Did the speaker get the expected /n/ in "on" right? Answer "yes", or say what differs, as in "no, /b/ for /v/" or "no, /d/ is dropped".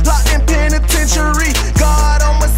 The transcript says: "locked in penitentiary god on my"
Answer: no, /l/ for /n/